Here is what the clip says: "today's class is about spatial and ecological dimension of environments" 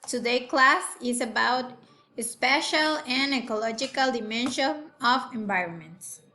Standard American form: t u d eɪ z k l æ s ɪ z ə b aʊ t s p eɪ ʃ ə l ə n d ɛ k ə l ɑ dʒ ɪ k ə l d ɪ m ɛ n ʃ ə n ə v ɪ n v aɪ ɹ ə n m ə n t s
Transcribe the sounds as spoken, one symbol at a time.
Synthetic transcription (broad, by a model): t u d eɪ k l æ s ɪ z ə b aʊ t s p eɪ ʃ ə l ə n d ɛ k ə l ɑ dʒ ɪ k ə l d ɪ m ɛ n ʃ ə n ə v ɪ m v aɪ ɹ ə n m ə n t s